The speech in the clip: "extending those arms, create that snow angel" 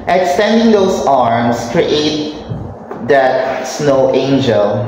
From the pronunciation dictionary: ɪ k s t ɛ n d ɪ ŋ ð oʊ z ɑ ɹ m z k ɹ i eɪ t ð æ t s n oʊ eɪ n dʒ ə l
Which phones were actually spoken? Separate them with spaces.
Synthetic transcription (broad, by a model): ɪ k s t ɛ n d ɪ ŋ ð oʊ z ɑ ɹ m s k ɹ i eɪ t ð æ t s n oʊ eɪ n dʒ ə l